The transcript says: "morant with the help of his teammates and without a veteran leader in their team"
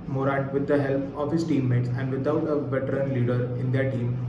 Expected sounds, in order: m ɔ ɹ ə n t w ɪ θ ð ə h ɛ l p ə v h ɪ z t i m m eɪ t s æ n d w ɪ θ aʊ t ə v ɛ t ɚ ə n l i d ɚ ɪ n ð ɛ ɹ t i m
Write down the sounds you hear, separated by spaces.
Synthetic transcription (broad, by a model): m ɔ ɹ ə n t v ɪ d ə h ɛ l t ə v h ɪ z t i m m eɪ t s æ n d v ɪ t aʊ t ə v ɛ t ɚ ə n l i d ɚ ɪ n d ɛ ɹ t i m